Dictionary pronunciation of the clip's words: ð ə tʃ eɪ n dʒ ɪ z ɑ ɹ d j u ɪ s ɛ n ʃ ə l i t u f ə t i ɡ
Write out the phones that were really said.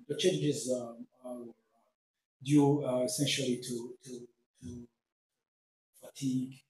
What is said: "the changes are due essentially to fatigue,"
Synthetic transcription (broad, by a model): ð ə tʃ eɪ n dʒ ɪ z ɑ w d j u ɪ s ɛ n ʃ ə l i t u f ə t i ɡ